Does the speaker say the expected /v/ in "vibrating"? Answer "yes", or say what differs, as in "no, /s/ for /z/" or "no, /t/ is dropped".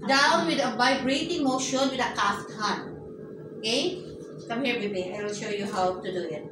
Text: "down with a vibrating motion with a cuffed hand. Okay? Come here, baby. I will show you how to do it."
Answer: no, /b/ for /v/